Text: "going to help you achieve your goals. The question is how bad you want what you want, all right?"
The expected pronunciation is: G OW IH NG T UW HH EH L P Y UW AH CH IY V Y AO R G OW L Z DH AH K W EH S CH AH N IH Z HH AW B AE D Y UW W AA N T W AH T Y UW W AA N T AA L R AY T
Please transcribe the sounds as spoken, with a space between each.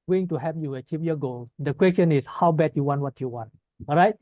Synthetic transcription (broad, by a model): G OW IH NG T UW HH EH P Y UW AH CH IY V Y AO G OW L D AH K W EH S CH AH N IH S HH AW B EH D Y UW W AA N T W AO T Y UW W AA N T AA L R AY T